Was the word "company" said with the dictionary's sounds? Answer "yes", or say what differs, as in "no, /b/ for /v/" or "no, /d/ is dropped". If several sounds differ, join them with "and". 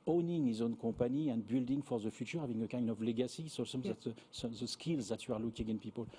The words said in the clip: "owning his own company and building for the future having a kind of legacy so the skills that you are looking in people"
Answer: no, /m/ is dropped